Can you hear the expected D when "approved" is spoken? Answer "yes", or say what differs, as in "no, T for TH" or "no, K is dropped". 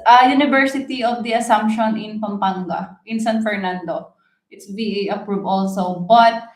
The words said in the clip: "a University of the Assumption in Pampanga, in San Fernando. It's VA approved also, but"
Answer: no, D is dropped